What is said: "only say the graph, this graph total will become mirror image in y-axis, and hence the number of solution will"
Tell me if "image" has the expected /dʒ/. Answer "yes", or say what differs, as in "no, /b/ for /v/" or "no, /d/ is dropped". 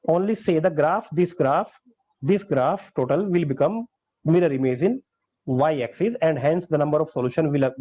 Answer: no, /z/ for /dʒ/